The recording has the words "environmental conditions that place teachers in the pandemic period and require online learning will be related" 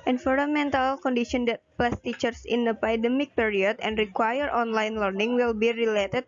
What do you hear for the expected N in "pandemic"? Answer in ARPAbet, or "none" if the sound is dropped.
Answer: none